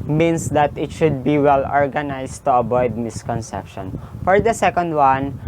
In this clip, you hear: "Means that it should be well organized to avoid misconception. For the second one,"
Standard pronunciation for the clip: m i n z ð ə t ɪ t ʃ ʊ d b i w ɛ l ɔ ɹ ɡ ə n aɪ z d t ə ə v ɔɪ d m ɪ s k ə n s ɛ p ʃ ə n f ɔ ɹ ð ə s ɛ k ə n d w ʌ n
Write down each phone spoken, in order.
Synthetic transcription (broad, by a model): m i n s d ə t ɪ t ʃ ʊ d b i w ɛ l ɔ ɹ ɡ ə n aɪ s t ə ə b ɔɪ d m ɪ s k ə n s ɛ p ʃ ə n f ɔ ɹ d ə s ɛ k ə n d w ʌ n